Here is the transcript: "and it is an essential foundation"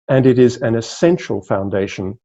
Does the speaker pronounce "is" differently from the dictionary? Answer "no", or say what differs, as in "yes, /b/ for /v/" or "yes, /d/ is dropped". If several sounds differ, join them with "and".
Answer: no